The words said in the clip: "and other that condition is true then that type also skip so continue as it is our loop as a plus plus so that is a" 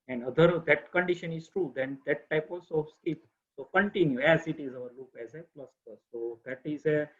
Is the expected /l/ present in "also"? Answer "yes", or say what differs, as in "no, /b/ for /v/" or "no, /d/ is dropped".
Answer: no, /l/ is dropped